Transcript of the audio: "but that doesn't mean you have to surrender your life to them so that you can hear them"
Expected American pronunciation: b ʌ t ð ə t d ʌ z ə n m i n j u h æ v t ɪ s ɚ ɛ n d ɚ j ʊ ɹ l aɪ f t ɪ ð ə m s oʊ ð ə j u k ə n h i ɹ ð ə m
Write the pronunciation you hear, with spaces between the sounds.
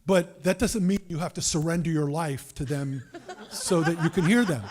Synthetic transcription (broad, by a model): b ʌ t ð ə t d ʌ z ə n m i n j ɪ h æ f t ɪ s ɚ ɛ n d ɚ j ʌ ɹ l aɪ f t ɪ ð ə m s oʊ ð ə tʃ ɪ k ə n h i ɹ ð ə m